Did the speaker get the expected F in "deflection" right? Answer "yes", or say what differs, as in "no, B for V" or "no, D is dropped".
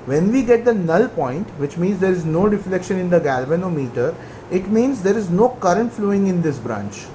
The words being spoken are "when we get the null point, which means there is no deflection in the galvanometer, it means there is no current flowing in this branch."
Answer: yes